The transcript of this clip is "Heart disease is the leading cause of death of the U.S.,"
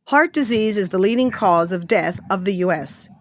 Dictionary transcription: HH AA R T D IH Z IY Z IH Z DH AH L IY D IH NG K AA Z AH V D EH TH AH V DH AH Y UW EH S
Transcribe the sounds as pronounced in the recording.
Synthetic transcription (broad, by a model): HH AA R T D IH Z IY Z IH Z DH AH L IY D IH NG K AA Z AH V D EH TH AH V DH AH Y UW EH S